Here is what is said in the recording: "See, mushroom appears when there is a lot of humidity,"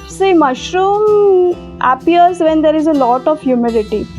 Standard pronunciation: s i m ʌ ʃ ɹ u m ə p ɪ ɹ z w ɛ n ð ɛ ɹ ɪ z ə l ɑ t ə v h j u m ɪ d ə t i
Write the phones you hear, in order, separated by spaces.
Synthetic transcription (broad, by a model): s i m ʌ ʃ ɹ u m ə p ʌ ɹ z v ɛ n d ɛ ɹ ɪ z ə l ɑ t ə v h j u m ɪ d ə t i